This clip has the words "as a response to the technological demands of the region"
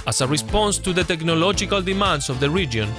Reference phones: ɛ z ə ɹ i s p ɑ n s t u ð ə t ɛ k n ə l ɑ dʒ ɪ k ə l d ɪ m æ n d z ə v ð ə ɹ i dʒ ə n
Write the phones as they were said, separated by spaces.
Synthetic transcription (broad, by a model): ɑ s ə ɹ i s p ɑ n s t u ð ə t ɛ k n ə l ɑ dʒ ɪ k ə l d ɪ m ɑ n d s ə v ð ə ɹ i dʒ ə n